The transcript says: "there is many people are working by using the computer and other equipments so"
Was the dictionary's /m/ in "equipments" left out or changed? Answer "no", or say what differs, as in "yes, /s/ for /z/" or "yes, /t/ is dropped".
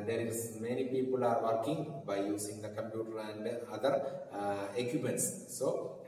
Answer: yes, /m/ is dropped